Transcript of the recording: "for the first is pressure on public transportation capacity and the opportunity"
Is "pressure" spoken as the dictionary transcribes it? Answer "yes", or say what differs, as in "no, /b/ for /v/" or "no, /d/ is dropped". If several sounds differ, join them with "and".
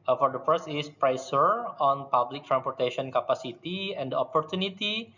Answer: no, /s/ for /ʃ/